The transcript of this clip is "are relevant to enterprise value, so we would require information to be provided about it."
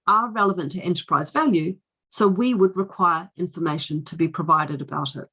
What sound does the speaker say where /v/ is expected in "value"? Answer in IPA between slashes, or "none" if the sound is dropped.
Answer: /v/